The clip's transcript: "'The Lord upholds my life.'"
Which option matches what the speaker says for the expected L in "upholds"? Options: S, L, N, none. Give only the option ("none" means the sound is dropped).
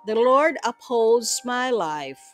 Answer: L